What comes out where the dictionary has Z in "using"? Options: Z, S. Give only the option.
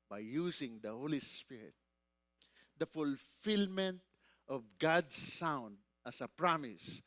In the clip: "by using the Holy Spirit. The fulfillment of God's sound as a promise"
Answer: S